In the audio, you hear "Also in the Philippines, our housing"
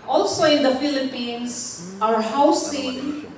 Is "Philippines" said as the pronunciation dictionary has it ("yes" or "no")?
no